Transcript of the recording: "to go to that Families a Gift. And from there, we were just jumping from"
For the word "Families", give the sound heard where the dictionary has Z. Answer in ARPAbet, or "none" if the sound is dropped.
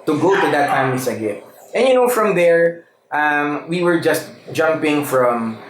S